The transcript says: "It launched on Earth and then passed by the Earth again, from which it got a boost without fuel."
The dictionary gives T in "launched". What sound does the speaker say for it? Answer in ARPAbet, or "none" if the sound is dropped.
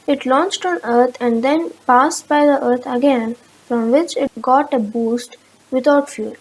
T